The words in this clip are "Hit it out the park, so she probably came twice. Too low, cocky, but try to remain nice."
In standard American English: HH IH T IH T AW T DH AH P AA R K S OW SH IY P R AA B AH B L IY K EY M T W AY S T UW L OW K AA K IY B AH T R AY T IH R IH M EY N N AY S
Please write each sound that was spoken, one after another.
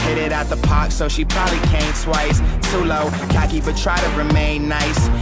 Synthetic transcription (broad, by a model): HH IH T IH T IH T DH AH P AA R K S OW SH IY P R AA B AH B L IY K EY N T W AY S S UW L OW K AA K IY B AH T R AY T IH R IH M EY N N AY S